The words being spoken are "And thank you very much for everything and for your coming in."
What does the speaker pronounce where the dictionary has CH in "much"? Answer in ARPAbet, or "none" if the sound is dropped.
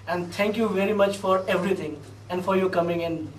CH